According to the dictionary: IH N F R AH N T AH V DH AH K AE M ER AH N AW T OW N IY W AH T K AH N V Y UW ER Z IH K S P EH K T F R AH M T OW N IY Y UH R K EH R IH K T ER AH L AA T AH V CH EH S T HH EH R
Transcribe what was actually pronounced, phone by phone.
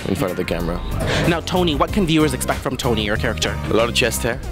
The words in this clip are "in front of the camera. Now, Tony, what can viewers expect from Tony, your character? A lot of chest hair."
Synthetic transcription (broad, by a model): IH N F R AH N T AH V DH AH K AE M ER AH N AW T OW N IY W AH T K AH N V Y UW ER Z IH K S P EH K T F R AH M T OW N IY Y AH R K EH R IH K T ER AH L AA T AH V CH EH S T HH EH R